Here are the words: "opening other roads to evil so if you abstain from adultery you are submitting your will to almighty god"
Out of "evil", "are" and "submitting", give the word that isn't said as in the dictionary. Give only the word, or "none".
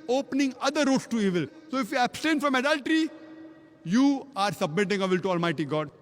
none